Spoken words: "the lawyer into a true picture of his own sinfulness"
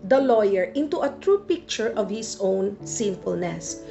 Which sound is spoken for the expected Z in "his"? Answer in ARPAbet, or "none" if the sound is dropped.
S